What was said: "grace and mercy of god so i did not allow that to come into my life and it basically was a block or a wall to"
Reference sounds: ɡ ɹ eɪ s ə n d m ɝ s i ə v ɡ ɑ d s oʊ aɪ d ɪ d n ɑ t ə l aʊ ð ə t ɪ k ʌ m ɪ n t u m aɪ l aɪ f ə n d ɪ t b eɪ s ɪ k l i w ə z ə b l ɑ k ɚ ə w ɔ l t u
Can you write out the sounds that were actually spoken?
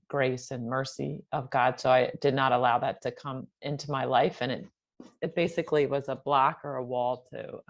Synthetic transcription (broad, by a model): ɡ ɹ eɪ s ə n m ɝ s i ə v ɡ ɑ d s oʊ aɪ d ɪ d n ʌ t ə l aʊ ð ə t ɪ k ʌ m ɪ n t u m aɪ l aɪ f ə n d ɪ t b eɪ s ɪ k l i w ə z ə b l ɑ k ɚ ə w ɔ l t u